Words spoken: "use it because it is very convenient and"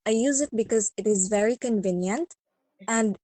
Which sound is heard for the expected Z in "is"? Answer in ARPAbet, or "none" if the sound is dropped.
Z